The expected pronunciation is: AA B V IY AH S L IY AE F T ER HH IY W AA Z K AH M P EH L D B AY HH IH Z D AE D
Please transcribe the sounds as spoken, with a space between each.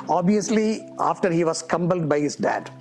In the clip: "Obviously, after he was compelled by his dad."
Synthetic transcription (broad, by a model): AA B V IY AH S L IY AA F T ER HH IY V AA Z K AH M B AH L D B AY HH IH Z D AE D